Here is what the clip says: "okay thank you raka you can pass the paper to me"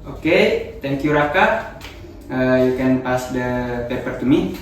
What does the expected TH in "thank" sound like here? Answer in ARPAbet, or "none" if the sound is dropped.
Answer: T